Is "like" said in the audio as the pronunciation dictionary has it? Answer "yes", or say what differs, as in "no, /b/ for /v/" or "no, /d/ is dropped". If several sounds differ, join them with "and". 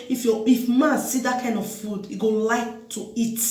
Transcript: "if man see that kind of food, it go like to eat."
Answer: yes